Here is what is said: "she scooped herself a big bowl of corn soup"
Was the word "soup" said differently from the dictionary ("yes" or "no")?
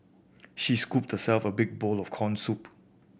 no